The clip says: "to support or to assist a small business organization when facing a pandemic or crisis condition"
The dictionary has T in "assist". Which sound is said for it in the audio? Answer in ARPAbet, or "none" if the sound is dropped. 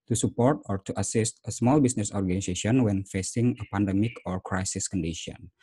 T